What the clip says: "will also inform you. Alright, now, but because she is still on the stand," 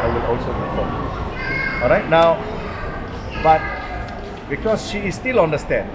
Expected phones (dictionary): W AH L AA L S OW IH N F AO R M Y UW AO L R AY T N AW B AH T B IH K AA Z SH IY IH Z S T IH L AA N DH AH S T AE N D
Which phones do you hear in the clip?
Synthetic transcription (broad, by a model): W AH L AA L S OW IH F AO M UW AO L R AY T N AW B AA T B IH K AA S SH IY S T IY L AA N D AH S T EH N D